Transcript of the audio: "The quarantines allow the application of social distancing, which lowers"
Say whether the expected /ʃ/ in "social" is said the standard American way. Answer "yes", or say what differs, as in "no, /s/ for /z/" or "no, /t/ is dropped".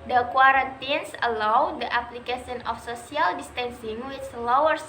no, /s/ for /ʃ/